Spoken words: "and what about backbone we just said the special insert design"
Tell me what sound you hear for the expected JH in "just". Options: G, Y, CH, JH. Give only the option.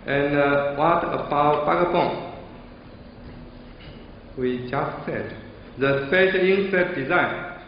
JH